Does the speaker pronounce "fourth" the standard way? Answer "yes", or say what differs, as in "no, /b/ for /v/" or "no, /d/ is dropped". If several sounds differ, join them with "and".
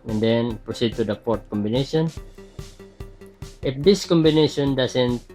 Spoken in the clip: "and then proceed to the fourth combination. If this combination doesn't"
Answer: no, /p/ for /f/ and /t/ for /θ/